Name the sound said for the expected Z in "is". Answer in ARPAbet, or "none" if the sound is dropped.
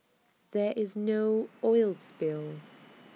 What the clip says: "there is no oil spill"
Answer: Z